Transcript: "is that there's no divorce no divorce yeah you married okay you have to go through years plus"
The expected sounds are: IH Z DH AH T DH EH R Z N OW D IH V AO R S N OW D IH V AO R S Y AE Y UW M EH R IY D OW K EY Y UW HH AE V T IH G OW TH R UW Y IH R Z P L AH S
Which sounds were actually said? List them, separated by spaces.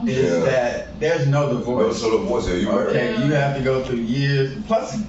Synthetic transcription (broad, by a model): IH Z DH AH T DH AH R Z N OW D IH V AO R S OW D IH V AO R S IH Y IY OW K EY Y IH HH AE F T IH G OW TH R UW Y IH R Z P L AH S